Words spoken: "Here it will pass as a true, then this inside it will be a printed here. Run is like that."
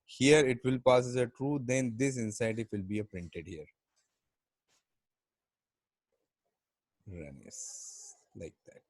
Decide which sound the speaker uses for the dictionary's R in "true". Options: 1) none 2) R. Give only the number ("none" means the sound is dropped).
2